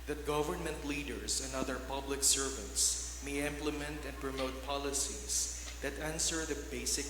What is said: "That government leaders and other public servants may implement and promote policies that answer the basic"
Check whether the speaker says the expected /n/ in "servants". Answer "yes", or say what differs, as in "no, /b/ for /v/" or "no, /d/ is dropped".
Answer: no, /n/ is dropped